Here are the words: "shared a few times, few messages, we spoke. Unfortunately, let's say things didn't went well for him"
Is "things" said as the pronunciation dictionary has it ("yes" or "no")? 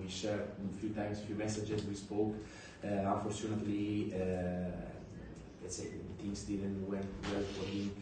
no